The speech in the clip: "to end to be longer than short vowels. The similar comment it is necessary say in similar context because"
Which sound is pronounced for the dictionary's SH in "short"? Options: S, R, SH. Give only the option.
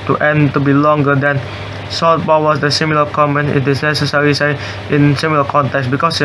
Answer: S